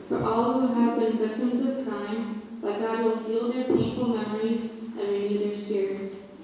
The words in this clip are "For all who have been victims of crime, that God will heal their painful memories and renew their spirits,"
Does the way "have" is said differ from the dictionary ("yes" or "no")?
no